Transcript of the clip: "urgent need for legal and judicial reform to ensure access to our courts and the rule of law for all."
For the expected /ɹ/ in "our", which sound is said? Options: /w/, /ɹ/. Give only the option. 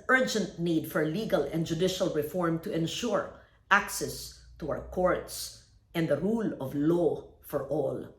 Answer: /w/